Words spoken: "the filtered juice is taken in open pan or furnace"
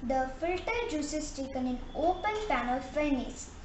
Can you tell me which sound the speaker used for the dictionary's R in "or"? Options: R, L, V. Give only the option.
L